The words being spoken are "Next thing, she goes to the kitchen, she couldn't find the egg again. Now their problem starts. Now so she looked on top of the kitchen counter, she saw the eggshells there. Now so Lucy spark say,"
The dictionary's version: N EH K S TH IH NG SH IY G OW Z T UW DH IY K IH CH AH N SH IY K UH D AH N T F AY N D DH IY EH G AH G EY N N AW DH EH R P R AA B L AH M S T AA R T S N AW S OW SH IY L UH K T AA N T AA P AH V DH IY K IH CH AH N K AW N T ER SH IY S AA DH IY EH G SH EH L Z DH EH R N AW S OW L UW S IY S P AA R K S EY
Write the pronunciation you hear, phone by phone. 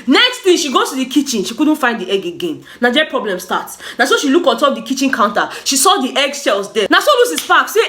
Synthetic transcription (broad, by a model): N EH K S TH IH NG SH IY G OW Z T UW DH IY K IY CH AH N SH IY K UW D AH N T F AY N D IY EH G AH G EY N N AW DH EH P R AA B L AH M S T AA T S N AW S OW SH IY L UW K AA N T AA P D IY K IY CH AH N K AW N T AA SH IY S AA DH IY EH G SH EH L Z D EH N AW S OW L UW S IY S F AA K S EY